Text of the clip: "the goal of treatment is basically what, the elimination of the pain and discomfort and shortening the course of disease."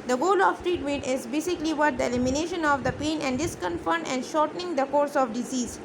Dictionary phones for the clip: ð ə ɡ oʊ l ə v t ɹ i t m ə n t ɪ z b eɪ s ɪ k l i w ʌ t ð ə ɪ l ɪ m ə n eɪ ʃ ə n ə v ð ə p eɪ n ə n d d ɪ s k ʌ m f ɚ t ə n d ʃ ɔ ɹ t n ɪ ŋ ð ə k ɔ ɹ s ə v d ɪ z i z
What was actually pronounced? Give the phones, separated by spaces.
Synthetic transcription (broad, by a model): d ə ɡ oʊ l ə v t ɹ i t m ə n t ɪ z b eɪ s ɪ k l i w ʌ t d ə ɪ l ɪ m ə n eɪ ʃ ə n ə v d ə p eɪ n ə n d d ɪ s k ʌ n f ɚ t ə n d ʃ ɔ ɹ t n ɪ ŋ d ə k ɔ ɹ s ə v d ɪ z i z